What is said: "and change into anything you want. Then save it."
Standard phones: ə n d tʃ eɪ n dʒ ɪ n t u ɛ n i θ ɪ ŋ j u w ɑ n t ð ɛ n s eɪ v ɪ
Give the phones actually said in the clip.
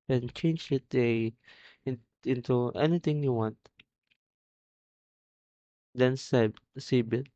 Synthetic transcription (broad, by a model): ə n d tʃ eɪ n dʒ ɪ n t u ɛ n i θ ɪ ŋ j u w ɑ n t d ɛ n s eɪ b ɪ